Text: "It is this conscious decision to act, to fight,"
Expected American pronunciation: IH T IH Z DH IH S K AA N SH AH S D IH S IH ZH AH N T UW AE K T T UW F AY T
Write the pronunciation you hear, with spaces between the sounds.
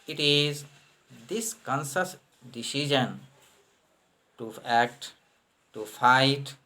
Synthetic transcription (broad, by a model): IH T IH Z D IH S K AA N S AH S D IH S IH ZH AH N T UW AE K T T UW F AY T